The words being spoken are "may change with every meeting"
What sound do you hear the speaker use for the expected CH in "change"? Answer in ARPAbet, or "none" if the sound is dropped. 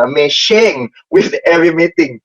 SH